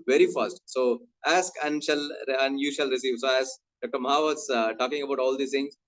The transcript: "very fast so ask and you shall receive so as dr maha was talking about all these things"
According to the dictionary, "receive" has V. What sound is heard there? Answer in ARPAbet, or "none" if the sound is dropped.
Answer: V